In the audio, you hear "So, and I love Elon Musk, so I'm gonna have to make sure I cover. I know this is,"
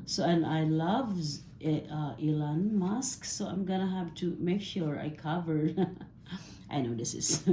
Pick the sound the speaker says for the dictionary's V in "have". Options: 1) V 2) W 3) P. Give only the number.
3